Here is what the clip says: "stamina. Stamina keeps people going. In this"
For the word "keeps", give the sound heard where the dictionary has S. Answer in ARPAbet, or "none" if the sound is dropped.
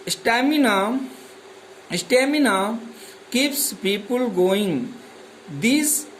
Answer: S